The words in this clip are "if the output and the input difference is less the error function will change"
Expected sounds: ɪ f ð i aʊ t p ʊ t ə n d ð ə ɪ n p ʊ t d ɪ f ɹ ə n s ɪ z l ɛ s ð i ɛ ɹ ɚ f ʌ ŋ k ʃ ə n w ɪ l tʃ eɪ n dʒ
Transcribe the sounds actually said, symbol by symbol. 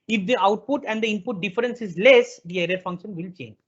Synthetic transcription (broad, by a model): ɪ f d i aʊ t p ʊ t ə n d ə ɪ n p ʊ t d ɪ f ɹ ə n s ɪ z l ɛ s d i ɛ ɹ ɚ f ʌ ŋ k ʃ ə n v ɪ l tʃ eɪ n dʒ